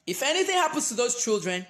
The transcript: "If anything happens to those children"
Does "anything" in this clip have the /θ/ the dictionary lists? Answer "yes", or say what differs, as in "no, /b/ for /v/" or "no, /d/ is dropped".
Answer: yes